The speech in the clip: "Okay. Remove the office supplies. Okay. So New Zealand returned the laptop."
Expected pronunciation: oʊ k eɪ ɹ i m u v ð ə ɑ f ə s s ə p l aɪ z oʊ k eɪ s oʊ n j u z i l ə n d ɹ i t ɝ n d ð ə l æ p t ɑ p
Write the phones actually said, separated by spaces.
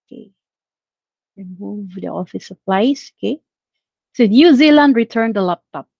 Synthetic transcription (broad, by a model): k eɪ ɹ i m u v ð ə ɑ f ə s s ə p l aɪ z oʊ k eɪ s oʊ n j u z i l ə n d ɹ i t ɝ n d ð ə l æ p t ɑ p